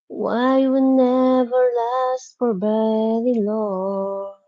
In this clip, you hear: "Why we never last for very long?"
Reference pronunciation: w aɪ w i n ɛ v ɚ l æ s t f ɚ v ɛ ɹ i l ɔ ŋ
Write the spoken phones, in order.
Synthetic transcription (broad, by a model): w aɪ w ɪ n ɛ v ɚ l æ s t f ɚ b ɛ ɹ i l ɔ